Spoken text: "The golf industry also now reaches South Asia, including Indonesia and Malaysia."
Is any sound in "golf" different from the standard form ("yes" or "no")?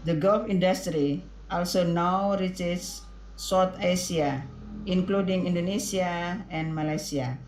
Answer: no